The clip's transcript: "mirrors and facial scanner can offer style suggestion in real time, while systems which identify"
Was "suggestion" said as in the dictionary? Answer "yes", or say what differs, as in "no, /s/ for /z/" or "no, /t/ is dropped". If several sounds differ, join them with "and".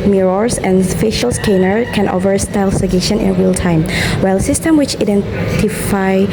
no, /dʒ/ is dropped